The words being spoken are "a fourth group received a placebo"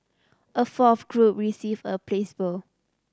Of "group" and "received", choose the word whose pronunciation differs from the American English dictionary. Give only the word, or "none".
received